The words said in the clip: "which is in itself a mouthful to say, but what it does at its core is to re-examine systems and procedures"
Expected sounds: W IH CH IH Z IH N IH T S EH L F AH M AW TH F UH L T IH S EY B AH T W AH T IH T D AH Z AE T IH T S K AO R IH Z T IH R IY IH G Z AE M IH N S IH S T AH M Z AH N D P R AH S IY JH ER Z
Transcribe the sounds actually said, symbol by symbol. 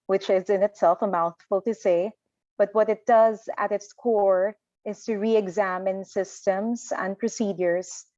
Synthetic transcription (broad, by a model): W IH CH IH Z IH N IH T S EH L F AH M AW TH F UH L T IH S EY B AH T W AH T IH T D AH Z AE T IH T S K AO R IH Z T IH R IY IH G Z AE M IH N S IH S T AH M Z AH N D P R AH S IY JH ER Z